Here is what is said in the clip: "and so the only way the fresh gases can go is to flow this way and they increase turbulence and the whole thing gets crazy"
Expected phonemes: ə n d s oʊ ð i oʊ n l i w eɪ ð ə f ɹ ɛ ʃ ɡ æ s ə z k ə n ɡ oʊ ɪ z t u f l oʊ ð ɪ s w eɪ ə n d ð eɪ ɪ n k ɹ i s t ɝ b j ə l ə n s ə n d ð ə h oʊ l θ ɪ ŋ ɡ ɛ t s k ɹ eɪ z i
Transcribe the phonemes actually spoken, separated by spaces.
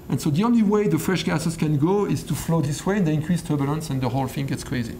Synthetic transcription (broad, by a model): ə n s oʊ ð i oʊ n l i w eɪ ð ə f ɹ ɛ ʃ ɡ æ s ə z k ə n ɡ oʊ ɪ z t u f l oʊ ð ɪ s w eɪ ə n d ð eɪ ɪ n k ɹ i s t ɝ b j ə l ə n s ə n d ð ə h oʊ l f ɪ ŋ ɡ ɛ t s k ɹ eɪ z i